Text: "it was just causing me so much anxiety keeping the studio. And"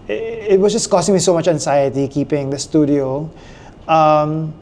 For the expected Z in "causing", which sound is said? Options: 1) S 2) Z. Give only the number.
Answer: 1